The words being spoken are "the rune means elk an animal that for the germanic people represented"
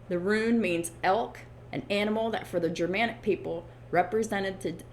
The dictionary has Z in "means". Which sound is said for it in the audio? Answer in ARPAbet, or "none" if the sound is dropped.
Z